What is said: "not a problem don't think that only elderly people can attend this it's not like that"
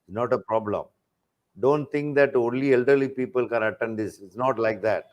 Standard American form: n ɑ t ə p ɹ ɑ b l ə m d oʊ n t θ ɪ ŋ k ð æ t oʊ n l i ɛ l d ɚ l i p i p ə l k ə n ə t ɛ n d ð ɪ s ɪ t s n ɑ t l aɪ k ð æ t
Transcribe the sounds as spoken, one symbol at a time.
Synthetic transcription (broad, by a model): n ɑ t ə p ɹ ɑ b l ə m d oʊ n t t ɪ ŋ k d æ t oʊ n l i ɛ l d ɚ l i p i p ə l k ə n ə t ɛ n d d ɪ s ɪ t s n ɑ t l aɪ k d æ t